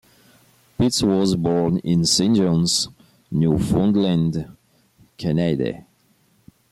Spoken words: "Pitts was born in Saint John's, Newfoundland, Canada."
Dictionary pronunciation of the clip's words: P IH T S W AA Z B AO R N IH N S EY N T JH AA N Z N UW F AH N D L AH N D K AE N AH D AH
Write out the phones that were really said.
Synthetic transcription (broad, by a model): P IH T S W AA Z B AO R N IH N S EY N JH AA N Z N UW F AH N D L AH N D K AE N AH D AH